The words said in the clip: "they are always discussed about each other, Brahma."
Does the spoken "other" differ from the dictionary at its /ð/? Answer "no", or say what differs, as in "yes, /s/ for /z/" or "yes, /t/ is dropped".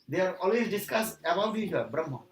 yes, /ð/ is dropped